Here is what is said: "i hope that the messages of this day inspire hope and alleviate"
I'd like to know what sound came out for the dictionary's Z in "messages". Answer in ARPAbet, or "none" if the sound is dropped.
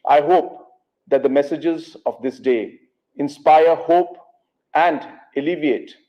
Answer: Z